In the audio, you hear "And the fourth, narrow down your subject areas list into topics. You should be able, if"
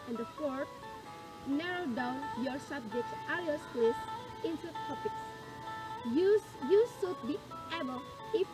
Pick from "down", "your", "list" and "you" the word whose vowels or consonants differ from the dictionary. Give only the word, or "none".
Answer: list